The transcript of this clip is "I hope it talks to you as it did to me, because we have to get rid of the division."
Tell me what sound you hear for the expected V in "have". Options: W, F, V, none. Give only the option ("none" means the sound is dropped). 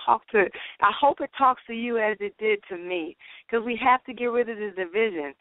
F